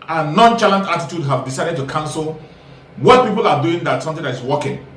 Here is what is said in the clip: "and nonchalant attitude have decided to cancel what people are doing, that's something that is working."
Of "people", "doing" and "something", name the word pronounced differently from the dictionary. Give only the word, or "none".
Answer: something